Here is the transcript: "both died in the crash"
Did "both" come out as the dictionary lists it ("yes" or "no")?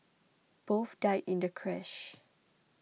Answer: no